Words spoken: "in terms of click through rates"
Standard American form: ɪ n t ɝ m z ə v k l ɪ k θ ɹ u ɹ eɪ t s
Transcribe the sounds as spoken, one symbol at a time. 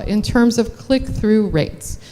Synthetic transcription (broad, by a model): ɪ n t ɝ m z ə v k l ɪ k θ ɹ u ɹ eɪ t s